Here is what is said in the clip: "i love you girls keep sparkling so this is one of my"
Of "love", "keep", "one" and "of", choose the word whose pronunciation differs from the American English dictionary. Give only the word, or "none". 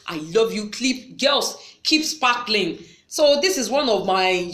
none